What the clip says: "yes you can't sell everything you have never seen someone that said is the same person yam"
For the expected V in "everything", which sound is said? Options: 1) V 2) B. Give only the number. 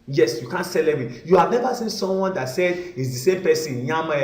2